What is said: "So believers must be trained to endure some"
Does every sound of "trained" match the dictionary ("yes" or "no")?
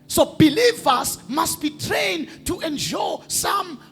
yes